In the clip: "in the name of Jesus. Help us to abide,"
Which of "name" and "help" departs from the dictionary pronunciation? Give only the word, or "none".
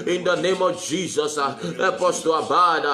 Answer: help